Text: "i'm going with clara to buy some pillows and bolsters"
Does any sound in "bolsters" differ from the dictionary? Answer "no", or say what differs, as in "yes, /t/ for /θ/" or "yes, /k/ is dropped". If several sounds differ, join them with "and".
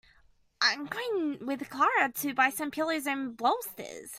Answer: yes, /l/ is dropped